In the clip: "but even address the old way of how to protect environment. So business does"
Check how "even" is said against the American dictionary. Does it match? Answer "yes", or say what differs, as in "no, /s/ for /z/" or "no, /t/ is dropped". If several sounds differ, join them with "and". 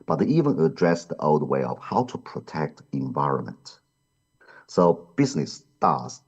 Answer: yes